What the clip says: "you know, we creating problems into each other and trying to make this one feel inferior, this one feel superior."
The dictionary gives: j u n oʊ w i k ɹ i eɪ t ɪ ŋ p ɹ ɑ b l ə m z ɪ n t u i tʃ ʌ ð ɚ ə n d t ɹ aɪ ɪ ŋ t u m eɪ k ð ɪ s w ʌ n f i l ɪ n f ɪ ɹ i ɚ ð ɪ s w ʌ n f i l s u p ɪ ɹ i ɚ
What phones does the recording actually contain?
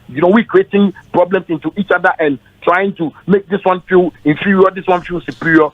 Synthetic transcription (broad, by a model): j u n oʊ w i k ɹ i eɪ t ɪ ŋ p ɹ ɑ b l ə m s ɪ n t u i tʃ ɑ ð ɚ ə n t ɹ aɪ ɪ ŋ t u m eɪ k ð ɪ s w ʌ n f i l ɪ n f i ɹ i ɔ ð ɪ s w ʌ n f i l s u p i ɹ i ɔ